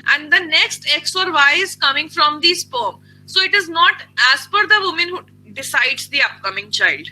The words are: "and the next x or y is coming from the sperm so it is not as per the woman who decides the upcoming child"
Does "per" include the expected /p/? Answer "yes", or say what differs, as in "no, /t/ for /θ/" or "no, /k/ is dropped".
no, /f/ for /p/